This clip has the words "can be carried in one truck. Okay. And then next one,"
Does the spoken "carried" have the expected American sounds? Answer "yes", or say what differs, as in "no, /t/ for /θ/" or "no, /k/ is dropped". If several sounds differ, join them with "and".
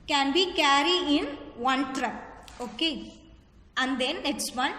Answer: no, /d/ is dropped